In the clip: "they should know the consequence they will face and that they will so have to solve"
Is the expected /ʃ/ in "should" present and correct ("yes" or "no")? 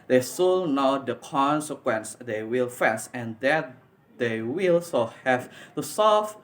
no